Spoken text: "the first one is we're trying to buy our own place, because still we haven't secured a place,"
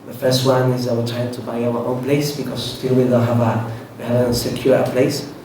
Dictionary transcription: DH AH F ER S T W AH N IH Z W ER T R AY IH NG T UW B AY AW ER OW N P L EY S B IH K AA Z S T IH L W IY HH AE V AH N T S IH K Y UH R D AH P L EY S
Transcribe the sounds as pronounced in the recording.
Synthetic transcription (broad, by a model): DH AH F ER S T W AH N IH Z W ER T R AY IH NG T UW B AY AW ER OW N P L EY S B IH K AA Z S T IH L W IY HH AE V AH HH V S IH K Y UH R AH P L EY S